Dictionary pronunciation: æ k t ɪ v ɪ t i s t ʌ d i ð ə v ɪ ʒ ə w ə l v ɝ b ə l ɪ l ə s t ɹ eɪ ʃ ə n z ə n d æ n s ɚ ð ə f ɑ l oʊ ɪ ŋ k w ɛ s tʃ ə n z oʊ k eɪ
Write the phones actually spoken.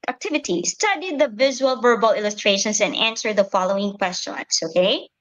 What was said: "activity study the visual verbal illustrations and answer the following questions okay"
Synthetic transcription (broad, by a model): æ k t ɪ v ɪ t i s t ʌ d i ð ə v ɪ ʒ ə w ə l v ɝ b ə l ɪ l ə s t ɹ eɪ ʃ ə n s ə n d æ n s ɚ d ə f ɑ l oʊ ɪ ŋ k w ɛ s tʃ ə n s oʊ k eɪ